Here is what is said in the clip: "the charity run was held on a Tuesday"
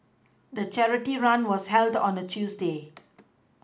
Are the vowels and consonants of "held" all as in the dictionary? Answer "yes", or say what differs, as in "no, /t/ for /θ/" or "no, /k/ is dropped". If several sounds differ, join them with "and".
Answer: yes